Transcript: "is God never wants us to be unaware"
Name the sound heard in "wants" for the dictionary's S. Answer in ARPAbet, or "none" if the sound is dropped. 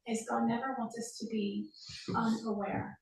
none